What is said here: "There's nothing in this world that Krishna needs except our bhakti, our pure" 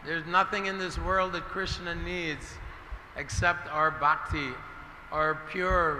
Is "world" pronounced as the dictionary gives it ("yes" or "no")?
yes